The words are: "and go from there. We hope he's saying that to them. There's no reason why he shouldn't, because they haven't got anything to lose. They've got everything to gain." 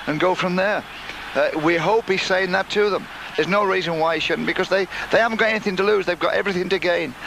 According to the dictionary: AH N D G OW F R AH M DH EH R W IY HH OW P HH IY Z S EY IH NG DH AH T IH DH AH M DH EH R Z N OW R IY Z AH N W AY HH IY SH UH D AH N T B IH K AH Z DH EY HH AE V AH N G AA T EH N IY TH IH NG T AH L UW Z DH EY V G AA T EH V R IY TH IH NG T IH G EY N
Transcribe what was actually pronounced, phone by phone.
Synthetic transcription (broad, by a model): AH N G OW F R AH M DH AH R W IY HH OW P HH IY Z S EY IH NG DH AH T IH DH AH M DH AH R Z N OW R IY Z AH N W AY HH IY SH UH D N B IH K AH Z DH EY HH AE V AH N G AA T EH N IY TH IH NG T AH L UW Z DH EY V G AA T EH V R IY TH IH NG T IH G EY N